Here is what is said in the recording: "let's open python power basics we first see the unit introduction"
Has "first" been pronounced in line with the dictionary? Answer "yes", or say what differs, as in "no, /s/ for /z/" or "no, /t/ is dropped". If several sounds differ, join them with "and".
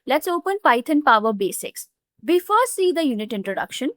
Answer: no, /s/ is dropped